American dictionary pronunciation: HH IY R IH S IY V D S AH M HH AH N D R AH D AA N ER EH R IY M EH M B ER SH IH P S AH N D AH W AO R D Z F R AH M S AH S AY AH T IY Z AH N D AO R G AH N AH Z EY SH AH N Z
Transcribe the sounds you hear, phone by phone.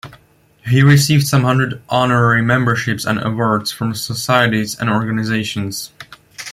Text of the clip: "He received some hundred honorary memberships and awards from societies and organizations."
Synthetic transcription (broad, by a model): HH IY R IH S IY V D S AH M HH AH N D R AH D AA N ER EH R IY M EH M B ER SH IH P S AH N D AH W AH R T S F R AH M S AH S AY AH T IY Z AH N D AO R G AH N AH Z EY SH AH N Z